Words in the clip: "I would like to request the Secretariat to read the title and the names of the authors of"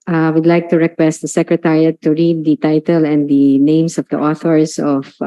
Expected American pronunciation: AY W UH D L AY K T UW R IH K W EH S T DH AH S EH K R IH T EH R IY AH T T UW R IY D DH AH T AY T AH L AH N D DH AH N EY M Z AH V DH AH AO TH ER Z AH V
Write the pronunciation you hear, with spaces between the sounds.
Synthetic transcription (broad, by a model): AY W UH D L AY K T UW R IH K W EH S T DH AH S EH K R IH T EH R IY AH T T UW R IY D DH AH T AY T AH L AH N D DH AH N EY M S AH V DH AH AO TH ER S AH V